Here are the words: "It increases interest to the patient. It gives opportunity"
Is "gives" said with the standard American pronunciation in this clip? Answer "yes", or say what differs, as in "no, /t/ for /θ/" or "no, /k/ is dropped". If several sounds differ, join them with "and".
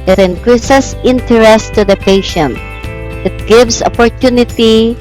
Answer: no, /s/ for /z/